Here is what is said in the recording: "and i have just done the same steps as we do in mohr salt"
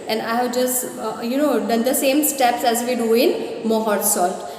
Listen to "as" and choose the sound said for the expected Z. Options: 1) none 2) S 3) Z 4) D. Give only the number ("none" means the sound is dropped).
3